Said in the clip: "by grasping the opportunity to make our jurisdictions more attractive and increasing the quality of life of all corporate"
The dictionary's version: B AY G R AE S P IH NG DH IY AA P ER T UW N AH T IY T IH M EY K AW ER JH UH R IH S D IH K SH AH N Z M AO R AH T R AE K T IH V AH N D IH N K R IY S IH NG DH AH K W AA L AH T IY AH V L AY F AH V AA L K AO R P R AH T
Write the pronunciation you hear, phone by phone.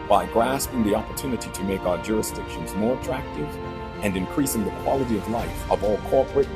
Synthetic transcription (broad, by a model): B AY G R AE S P IH NG DH IY AA P ER T UW N AH T IY T IH M EY K AW ER JH UH R IH S D IH K SH AH N Z M AO R AH T R AE K T IH V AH N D IH N K R IY S IH NG DH AH K W AA L AH T IY AH V L AY F AH V AA L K AO R P R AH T